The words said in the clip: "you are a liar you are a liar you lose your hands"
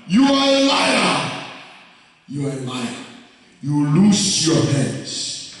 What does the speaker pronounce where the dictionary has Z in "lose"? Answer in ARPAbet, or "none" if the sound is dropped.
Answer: S